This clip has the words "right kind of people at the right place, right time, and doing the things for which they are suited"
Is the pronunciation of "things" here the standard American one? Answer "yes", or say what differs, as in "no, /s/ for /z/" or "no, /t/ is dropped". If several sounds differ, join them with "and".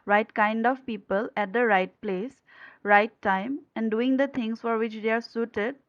no, /t/ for /θ/ and /s/ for /z/